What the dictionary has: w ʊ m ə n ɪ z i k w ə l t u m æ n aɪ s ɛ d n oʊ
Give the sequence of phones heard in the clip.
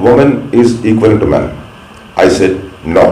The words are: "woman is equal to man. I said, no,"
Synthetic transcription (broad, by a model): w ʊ m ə n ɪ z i k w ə n t u m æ n aɪ s ɛ d n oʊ